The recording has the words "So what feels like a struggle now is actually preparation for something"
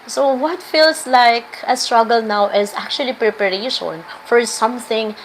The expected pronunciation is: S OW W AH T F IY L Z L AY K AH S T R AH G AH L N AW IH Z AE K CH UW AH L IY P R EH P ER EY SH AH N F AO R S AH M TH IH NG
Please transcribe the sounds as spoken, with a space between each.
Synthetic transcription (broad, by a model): S OW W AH T F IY L S L AY K AH S T R AH G AH L N AW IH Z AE K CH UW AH L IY P R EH P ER EY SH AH N F AO R S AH M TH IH NG